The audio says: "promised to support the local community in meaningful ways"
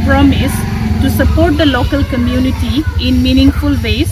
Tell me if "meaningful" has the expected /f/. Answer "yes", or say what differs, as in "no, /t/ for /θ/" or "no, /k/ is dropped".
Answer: yes